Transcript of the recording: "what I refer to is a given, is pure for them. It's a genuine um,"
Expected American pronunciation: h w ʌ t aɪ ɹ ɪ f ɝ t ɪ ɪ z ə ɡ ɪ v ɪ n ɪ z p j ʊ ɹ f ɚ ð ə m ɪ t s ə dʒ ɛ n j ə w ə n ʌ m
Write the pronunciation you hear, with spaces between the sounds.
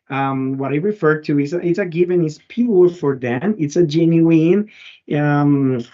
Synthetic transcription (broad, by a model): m w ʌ t aɪ ɹ ɪ f ɝ t ɪ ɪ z ə ɡ ɪ v ɪ n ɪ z p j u l f ɚ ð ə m ɪ t s ə dʒ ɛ n j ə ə n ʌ m